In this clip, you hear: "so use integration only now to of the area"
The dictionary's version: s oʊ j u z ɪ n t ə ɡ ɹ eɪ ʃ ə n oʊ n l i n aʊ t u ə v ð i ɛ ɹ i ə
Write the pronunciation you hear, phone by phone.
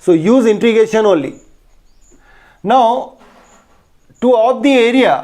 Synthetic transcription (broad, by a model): s oʊ j u z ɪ n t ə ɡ eɪ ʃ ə n oʊ n l i n aʊ t u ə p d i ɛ ɹ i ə